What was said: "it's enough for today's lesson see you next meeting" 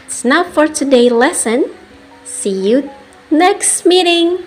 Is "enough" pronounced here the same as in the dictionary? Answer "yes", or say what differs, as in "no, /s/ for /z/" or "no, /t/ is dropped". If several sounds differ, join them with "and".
no, /n/ is dropped